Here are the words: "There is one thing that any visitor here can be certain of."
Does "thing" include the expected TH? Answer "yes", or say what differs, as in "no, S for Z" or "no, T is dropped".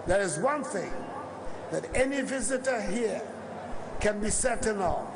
yes